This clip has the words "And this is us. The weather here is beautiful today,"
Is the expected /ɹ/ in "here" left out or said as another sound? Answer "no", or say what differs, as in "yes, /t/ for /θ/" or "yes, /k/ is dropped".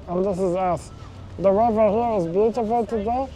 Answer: yes, /w/ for /ɹ/